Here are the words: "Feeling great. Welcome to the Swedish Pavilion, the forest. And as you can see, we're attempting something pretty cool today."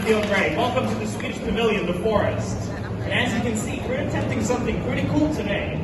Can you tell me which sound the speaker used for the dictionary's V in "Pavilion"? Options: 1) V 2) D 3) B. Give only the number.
1